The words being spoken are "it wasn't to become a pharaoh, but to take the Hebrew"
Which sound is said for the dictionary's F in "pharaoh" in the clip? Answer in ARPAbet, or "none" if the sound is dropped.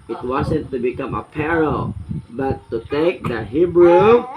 P